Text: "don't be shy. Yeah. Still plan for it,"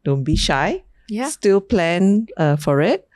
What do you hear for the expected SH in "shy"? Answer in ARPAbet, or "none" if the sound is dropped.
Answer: SH